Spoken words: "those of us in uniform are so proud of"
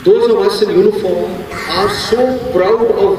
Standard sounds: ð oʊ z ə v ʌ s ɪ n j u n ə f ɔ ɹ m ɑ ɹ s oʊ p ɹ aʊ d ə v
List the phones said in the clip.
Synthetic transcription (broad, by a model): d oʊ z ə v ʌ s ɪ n j u n ə f ɔ ɹ m ɑ ɹ s oʊ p ɹ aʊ ə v